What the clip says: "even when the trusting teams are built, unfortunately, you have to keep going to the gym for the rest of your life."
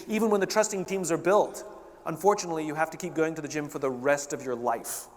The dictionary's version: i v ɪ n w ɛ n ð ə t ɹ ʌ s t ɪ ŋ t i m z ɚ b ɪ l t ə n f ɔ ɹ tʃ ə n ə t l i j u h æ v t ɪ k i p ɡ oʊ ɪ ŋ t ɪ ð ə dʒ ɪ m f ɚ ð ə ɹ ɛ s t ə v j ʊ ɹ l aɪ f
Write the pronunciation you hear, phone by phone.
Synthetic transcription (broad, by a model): i v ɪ n w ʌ n ð ə t ɹ ʌ s t ɪ ŋ t i m z ɚ b ɪ l t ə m f ɔ ɹ tʃ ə n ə t l i j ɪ h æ f t ɪ k i p ɡ oʊ ɪ ŋ t ɪ ð ə dʒ ɪ m f ɚ ð ə ɹ ɛ s t ə v j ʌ ɹ l aɪ f